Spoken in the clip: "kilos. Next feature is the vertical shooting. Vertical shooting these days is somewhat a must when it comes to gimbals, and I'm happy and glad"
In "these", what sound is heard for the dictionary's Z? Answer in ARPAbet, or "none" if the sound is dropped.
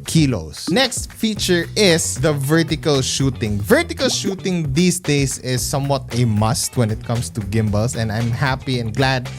S